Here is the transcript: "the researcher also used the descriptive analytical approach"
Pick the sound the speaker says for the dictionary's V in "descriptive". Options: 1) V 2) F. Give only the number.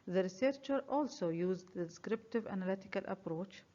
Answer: 1